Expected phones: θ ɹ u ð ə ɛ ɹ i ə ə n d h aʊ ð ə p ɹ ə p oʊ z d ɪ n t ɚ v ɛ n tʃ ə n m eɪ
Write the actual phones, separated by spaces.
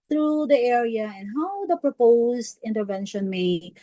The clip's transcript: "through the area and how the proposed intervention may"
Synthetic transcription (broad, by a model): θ ɹ u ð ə ɛ ɹ i ə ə n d h aʊ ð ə p ɹ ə p oʊ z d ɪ n t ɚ v ɛ n ʃ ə n m eɪ